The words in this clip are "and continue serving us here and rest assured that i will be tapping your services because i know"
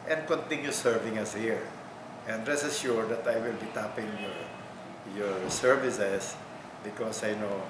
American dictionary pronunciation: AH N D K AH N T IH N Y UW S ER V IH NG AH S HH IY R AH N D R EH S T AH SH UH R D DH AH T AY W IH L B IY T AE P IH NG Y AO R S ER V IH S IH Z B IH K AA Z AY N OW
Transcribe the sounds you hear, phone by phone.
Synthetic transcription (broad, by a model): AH N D K AH N T IH N Y UW S ER V IH NG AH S HH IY R AH N D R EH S AH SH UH R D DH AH T AY W IH L B IY T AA P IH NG Y AO R S ER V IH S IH S B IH K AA S AY N OW